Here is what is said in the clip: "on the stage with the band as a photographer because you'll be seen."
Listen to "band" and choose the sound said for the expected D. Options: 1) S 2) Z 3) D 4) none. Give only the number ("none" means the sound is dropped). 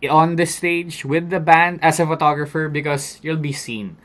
3